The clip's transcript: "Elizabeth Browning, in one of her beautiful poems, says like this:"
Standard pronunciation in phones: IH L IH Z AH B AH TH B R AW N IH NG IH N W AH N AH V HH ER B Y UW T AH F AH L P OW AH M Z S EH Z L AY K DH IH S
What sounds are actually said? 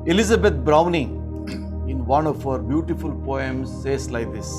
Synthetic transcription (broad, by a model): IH L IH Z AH B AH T B R AW N IH NG IH N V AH N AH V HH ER B Y UW T AH F AH L P OW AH M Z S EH S L AY K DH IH S